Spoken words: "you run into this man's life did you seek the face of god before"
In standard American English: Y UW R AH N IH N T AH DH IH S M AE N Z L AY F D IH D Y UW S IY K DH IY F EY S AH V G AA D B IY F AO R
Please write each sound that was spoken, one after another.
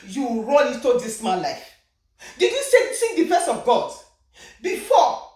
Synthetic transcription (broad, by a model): Y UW R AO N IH T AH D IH S M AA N L AY F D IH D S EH S IY K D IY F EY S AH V G AA D B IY F AO